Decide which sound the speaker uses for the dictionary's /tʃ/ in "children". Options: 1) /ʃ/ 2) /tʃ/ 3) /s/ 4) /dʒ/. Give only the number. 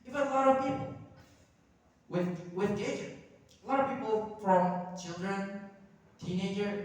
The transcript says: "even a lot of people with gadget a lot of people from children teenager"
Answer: 2